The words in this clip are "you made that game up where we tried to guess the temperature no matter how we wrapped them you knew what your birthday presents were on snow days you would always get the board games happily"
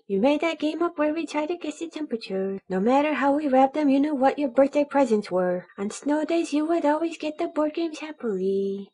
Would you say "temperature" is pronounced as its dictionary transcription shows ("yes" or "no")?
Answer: yes